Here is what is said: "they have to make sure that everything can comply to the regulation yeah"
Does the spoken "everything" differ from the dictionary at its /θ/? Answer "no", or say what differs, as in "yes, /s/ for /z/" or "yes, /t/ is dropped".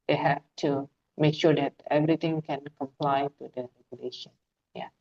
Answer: yes, /t/ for /θ/